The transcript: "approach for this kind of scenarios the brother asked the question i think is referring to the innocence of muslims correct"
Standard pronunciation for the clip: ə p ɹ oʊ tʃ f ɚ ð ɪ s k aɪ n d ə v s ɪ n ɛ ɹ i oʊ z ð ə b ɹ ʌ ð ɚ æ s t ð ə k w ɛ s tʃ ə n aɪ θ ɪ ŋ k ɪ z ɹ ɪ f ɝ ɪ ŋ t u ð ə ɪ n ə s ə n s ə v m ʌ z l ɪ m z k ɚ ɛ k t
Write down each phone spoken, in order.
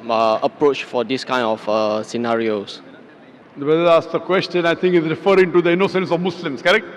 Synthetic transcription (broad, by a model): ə p ɹ oʊ tʃ f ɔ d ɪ s k aɪ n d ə f s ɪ n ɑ ɹ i oʊ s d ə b ɛ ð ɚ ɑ s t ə k w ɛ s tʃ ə n aɪ t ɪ ŋ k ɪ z ɹ ɪ f ɝ ɪ ŋ t u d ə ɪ n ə s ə n s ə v m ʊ s l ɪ m s k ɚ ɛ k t